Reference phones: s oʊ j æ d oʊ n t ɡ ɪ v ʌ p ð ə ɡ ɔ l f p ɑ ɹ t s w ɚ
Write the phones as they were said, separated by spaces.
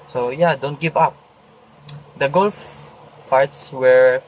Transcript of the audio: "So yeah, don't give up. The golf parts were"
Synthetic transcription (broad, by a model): s oʊ j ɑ d oʊ n t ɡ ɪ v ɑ p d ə ɡ ɔ l f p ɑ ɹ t s w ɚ